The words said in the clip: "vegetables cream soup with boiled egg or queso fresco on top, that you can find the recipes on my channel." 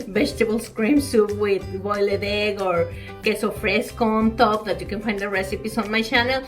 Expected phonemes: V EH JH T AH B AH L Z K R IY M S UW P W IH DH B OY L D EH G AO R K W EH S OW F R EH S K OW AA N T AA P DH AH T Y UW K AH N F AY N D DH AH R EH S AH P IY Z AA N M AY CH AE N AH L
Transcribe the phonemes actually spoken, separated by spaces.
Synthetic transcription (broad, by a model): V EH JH T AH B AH L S K R IY M S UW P W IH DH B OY L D EH G AO R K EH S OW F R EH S K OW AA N T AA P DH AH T Y UW K AH N F AY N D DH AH R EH S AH P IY S AA N M AY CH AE N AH L